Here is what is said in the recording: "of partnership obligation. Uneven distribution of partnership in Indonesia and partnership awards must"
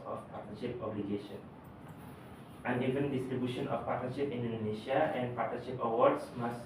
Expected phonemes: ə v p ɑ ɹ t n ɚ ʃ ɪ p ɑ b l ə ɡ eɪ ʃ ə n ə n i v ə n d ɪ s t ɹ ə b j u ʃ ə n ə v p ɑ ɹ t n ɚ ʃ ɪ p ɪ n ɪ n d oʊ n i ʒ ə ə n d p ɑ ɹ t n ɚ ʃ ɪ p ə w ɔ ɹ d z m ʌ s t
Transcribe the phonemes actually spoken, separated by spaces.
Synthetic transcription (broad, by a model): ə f p ɑ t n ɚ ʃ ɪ p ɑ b l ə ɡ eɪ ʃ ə n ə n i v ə n d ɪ s t ɹ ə b j u ʃ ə n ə f p ɑ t n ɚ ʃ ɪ p ɪ n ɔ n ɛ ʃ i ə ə n p ɑ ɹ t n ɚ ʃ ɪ p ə w ɔ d s m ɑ s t